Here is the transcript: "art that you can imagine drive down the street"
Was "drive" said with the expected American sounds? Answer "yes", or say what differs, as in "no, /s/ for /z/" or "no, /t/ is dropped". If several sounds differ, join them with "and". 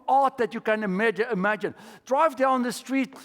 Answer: yes